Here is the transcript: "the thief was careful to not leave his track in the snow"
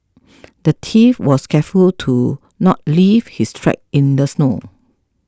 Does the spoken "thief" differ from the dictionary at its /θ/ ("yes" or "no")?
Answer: yes